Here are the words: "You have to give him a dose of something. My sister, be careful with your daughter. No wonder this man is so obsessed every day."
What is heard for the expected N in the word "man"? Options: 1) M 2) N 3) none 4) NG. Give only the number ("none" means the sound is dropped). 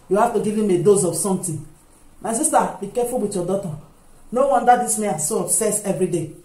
3